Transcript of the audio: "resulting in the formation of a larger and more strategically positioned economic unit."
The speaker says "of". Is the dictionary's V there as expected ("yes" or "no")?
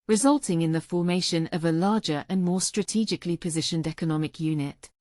yes